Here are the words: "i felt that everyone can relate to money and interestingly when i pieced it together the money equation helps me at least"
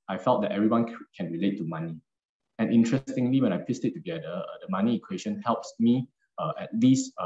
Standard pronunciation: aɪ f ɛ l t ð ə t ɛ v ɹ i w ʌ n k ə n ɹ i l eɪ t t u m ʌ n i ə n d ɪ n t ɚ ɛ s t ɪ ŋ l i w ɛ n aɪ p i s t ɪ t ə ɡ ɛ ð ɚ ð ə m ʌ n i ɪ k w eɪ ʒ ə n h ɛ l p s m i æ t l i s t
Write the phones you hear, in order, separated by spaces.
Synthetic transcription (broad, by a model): aɪ f ɛ l t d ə t ɛ v ɹ i w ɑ n k ə n ɹ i l eɪ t t u m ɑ n i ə n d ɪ n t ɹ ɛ s t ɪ ŋ l i w ɛ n aɪ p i s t ɪ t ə ɡ ɛ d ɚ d ə m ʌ n i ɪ k w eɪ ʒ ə n h ɛ l p s m i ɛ t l i s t